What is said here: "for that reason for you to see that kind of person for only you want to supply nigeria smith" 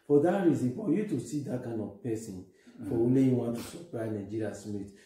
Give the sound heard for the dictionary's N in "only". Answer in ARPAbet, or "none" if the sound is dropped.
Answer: none